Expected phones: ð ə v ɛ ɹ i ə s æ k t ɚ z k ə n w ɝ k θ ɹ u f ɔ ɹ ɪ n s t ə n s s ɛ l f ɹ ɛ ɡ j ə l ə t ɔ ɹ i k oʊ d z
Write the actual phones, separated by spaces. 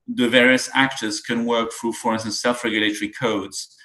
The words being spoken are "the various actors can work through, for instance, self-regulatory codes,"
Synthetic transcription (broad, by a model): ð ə v ɛ ɹ i ə s æ k t ɚ z k ə n w ɝ k θ ɹ u f ɔ ɹ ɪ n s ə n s s ɛ l f ɹ ɛ ɡ j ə l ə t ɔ ɹ i k oʊ d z